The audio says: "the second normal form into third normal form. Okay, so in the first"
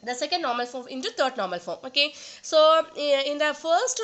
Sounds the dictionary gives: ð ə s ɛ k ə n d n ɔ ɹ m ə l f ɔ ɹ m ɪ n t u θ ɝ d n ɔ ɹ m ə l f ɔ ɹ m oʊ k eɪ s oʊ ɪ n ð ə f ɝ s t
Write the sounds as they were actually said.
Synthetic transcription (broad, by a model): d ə s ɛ k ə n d n ɔ ɹ m ə l f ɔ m ɪ n t u t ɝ d n ɔ ɹ m ə l f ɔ m oʊ k eɪ s oʊ ɪ n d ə f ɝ s t